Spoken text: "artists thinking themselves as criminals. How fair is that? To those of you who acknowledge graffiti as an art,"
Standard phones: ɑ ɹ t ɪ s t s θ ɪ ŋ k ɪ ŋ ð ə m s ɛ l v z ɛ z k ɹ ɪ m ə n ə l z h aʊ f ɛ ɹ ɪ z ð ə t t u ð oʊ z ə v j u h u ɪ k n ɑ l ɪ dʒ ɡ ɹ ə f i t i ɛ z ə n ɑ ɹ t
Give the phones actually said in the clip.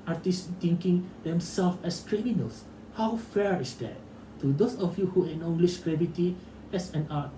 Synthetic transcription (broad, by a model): ɑ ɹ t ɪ s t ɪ ŋ k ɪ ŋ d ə m s ɛ l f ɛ s k ɹ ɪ m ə n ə l s h aʊ f ɛ ɹ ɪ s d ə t t u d oʊ s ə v j u h u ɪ n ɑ l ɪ ʃ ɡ ɹ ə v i t i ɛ s ə n ɑ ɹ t